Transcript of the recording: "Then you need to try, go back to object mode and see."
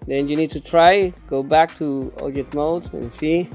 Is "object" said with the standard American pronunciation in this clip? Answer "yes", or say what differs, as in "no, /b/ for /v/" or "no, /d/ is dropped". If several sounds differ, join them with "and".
no, /b/ is dropped and /k/ is dropped